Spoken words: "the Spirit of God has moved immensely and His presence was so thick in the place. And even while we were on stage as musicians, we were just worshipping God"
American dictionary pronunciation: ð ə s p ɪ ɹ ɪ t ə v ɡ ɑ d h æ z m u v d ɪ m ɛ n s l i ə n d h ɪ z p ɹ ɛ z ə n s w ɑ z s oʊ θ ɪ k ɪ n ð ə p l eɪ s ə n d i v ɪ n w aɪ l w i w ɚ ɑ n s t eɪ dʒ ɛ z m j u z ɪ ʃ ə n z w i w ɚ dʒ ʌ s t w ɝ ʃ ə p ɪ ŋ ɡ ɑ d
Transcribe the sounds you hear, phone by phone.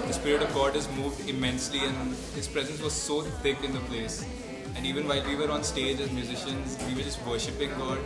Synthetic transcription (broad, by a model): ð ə s p ɪ ɹ ɪ t ə v ɡ ɑ d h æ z m u v d ɪ m ɛ n s l i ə n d h ɪ z p ɹ ɛ z ə n s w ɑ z s oʊ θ ɪ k ɪ n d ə p l eɪ s ə n d i v ɪ n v aɪ l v i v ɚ ɑ n s t eɪ dʒ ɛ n m j u z ɪ ʃ ə n z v i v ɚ dʒ ʌ s t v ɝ ʃ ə p ɪ ŋ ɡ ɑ d